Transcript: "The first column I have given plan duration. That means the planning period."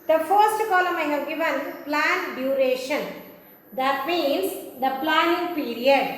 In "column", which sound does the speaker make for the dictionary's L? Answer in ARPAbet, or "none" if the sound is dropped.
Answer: L